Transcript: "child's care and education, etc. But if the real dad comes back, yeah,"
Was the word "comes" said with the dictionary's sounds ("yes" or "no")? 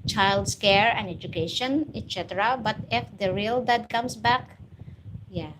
no